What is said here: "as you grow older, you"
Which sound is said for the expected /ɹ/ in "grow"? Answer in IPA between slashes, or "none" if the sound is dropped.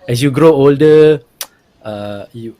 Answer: /ɹ/